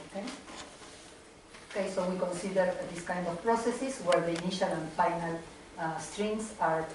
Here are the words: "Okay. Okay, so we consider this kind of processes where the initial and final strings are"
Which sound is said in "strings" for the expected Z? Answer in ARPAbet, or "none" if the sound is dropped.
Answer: S